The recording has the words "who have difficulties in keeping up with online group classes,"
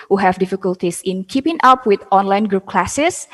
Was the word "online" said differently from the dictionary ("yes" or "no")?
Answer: no